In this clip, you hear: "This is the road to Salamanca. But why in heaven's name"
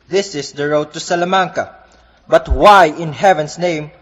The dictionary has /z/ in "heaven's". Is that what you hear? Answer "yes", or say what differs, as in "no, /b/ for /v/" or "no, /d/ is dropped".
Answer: no, /s/ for /z/